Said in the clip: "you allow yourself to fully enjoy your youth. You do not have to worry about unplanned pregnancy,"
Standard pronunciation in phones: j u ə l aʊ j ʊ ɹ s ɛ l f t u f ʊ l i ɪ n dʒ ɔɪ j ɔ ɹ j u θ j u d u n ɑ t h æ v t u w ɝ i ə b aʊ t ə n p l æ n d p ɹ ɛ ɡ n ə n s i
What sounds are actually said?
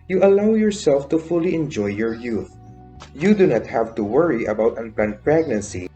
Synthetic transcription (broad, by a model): j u ə l aʊ j ʊ ɹ s ɛ l f t u f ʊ l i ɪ n dʒ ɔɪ j ɔ ɹ j u θ j u d u n ɑ t h æ v t u w ɝ i ə b aʊ t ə n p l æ n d p ɹ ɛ ɡ n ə n s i